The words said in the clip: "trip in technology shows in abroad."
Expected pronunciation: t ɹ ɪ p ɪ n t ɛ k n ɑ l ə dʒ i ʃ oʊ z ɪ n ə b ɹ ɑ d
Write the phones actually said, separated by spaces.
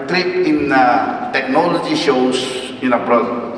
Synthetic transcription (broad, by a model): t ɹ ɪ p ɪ n t ɛ k n ɑ l ə dʒ i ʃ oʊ s ɪ n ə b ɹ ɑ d